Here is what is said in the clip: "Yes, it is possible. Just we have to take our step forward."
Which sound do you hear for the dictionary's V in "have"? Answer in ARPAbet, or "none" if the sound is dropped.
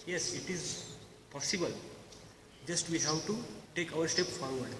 W